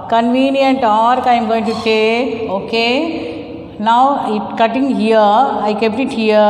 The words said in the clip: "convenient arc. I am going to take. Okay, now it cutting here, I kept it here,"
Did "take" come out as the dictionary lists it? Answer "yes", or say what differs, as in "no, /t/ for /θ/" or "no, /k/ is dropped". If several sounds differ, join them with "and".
no, /k/ is dropped